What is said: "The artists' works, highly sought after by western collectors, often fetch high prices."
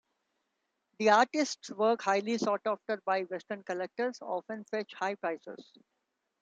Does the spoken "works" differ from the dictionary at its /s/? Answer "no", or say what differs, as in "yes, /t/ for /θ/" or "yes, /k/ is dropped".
yes, /s/ is dropped